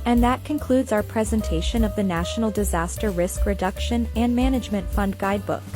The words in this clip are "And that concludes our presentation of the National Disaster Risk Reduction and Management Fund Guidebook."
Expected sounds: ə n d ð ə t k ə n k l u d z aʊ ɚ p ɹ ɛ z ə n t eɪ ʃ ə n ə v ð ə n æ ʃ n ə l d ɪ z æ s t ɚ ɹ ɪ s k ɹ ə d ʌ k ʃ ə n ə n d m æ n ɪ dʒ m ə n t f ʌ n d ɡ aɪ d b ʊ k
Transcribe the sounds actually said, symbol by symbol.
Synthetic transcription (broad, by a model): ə n ð ə t k ə n k l u d z aʊ ɚ p ɹ ɛ z ə n t eɪ ʃ ə n ə v ð ə n æ ʃ n l d ɪ z æ s t ɚ ɹ ɪ s k ɹ ə d ʌ k ʃ ə n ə n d m æ n ɪ dʒ m ə n t f ʌ n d ɡ aɪ d b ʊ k